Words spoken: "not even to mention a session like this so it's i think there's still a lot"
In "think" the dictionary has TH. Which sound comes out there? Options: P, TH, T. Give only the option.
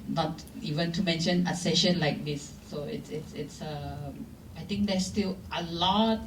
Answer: T